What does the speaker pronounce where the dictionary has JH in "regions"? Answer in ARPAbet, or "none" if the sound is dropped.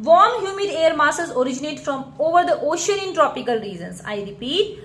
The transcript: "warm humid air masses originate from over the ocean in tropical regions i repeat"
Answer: Z